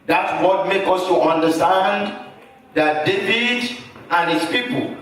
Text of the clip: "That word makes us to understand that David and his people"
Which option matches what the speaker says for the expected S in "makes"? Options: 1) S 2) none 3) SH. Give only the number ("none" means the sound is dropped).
2